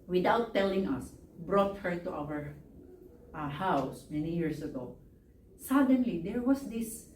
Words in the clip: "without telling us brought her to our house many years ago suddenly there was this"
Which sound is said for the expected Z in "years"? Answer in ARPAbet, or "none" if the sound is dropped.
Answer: S